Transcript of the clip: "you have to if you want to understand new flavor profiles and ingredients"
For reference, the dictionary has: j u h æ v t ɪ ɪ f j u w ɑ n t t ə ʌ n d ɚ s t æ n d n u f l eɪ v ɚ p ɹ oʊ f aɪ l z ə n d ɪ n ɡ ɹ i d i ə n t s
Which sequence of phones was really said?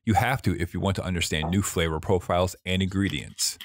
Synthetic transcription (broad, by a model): j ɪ h æ f t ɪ ɪ f j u w ɑ n t t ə ʌ n d ɚ s t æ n n u f l eɪ v ɚ p ɹ oʊ f aɪ l z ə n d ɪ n ɡ ɹ i d i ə n t s